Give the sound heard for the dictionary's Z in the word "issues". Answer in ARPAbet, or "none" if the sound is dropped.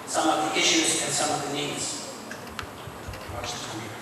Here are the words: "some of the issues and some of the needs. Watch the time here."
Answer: Z